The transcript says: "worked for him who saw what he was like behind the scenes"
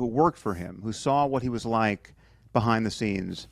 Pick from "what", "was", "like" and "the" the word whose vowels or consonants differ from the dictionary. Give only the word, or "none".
none